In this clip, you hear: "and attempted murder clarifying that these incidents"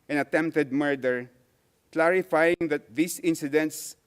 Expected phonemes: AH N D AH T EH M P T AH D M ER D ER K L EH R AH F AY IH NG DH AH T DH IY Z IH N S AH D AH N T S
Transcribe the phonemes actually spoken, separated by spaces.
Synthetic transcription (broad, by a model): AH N AH T EH M P T AH D M ER D ER K L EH R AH F AY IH NG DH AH T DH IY S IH N S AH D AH N T S